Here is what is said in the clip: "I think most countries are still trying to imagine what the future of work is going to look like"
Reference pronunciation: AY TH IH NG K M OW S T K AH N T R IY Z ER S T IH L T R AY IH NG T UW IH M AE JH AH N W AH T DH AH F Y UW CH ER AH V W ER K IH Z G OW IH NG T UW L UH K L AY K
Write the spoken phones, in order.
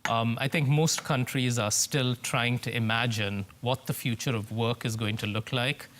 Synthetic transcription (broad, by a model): AY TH IH NG K M OW S T K AH N T R IY Z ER S T IH L T R AY IH NG T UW IH M AE JH AH N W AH T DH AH F Y UW CH ER AH V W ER K IH Z G OW IH NG T UW L UH K L AY K